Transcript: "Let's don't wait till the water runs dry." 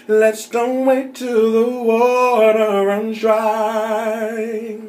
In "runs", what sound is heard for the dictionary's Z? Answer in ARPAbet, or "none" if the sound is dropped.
none